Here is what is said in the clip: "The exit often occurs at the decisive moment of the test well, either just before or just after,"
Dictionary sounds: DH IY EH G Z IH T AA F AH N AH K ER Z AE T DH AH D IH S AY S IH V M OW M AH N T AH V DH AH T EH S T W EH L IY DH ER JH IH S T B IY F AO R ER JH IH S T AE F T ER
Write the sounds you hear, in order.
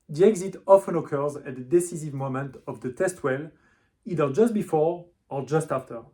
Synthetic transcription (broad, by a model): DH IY EH G Z IH T AA F AH N AH K ER Z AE T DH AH D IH S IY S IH V M OW M AH N T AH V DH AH T EH S T W EH L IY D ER JH IH S T B IY F AO R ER JH IH S T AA F T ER